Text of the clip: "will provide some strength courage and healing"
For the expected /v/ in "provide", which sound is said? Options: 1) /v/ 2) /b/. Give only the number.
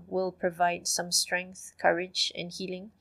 1